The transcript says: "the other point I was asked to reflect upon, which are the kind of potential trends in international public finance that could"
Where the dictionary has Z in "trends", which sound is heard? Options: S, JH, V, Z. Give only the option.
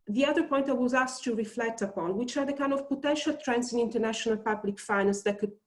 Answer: S